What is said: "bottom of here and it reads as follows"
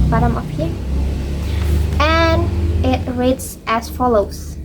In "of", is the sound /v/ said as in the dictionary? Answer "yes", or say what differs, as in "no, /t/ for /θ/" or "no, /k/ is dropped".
no, /p/ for /v/